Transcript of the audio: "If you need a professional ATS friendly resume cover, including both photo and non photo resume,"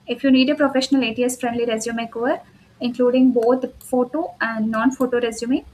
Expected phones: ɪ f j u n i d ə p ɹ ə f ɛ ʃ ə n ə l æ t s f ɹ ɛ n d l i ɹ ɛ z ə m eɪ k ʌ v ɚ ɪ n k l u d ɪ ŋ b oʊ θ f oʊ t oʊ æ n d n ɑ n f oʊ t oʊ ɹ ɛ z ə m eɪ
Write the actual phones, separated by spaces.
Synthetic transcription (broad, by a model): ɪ f j u n i d ə p ɹ ə f ɛ ʃ ə n ə l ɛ t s f ɹ ɛ n d l i ɹ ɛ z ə m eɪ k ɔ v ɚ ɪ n k l u d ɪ ŋ b oʊ t f oʊ t oʊ æ n d n ɑ n f oʊ t oʊ ɹ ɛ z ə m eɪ